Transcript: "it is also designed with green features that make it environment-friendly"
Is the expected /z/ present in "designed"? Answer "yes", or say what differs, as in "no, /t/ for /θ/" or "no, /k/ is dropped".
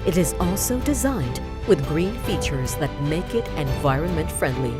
yes